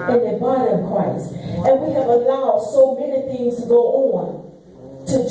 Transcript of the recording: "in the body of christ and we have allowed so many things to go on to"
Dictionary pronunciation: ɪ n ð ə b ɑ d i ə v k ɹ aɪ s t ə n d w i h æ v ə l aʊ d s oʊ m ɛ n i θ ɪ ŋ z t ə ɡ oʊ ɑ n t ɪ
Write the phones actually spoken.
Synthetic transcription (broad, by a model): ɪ n ð ə b ɑ d i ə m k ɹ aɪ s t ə n w i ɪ v ə l aʊ d s oʊ m ɛ n i θ ɪ ŋ z t ə ɡ oʊ ɑ n t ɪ